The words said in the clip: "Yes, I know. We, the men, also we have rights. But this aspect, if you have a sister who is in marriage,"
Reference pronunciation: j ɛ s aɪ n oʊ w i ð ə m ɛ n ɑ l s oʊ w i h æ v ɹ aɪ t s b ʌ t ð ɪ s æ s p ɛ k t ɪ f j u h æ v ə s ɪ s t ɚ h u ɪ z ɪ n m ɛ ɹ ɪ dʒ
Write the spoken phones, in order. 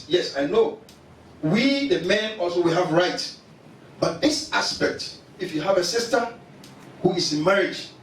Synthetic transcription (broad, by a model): j ɛ s aɪ n oʊ w i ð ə m ɛ n ɑ l s oʊ w i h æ v ɹ aɪ t b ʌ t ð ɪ s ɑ s p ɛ k t ɪ f j u h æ v ə s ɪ s t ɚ h u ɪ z ɪ n m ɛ ɹ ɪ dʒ